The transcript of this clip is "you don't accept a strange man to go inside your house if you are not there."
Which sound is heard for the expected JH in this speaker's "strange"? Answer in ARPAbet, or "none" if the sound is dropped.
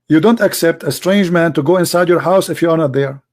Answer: JH